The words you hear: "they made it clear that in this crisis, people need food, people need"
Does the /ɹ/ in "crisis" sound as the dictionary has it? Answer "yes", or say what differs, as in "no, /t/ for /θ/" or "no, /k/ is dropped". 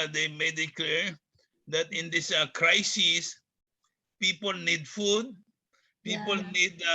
yes